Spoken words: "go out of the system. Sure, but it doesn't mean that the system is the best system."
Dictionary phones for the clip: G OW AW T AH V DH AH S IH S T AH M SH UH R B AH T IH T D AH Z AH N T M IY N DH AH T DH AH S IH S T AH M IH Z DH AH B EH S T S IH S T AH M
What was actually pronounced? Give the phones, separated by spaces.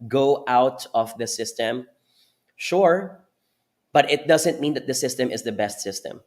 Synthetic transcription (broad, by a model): G OW AW T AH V DH AH S IH S T AH M SH UH R B AH T IH T D AH Z AH N T M IY N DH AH T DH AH S IH S T AH M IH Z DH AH B EH S T S IH S T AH M